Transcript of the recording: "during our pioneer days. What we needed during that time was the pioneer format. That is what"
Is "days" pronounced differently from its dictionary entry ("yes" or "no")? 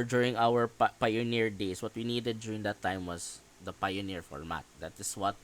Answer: yes